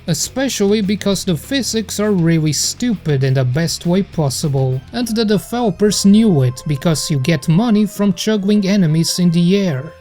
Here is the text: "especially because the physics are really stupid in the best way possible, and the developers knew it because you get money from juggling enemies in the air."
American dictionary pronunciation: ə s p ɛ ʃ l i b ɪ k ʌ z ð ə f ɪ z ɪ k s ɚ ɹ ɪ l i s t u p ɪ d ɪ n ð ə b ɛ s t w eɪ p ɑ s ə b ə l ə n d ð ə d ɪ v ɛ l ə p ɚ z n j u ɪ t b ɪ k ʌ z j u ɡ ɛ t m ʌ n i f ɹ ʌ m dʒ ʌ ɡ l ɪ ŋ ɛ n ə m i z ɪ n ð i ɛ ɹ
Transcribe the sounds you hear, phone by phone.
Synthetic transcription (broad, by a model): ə s p ɛ ʃ l i b ɪ k ʌ z ð ə f ɪ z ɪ k s ɚ ɹ ɪ l i s t u p ɪ d ɪ n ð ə b ɛ s t w eɪ p ɑ s ə b ə l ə n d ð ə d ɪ f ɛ l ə p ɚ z n j u ɪ t b ɪ k ʌ z j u ɡ ɛ t m ʌ n i f ɹ ʌ m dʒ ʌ ɡ l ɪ ŋ ɛ n ə m i z ɪ n ð i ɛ ɹ